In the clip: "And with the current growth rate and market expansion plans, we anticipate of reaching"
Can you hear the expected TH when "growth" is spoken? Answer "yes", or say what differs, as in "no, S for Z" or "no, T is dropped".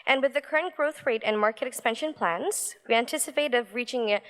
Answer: yes